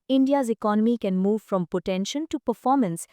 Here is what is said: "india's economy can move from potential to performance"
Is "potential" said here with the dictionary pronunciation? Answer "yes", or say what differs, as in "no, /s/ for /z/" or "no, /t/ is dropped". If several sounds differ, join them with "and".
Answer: no, /n/ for /l/